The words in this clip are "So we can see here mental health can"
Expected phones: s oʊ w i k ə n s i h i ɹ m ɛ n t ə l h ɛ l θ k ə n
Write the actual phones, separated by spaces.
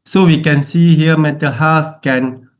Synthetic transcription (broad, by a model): s oʊ w i k ə n s i h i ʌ m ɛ t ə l h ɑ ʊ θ k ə n